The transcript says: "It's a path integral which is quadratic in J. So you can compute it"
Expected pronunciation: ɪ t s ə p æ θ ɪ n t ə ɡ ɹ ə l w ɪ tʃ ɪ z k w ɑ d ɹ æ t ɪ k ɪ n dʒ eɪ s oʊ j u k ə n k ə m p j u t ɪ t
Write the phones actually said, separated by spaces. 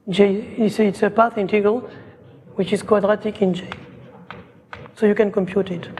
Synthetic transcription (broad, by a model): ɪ t s ə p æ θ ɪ n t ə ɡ ə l w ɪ tʃ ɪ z k w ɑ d ɹ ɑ t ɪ k ɪ n dʒ eɪ s oʊ j u k ə n k ə m p j u t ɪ t